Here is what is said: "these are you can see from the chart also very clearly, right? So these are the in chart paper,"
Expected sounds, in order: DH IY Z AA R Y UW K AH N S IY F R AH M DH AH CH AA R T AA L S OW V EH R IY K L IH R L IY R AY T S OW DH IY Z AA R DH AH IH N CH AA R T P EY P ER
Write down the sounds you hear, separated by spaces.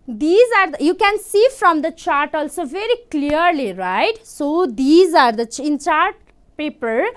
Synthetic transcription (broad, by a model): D IY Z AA R Y UW K AH N S IY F R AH M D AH CH AA R T AA L S OW V EH R IY K L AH R L IY R AY T S OW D IY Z AA R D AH IH N CH AA R T P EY P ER